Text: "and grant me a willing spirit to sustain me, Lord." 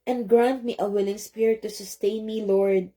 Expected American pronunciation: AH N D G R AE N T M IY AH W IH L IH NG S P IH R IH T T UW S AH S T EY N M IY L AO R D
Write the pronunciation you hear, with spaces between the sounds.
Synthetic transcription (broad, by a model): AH N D G R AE N T M IY AH W IH L IH NG S P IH R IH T T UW S AH S T EY N M IY L AO R D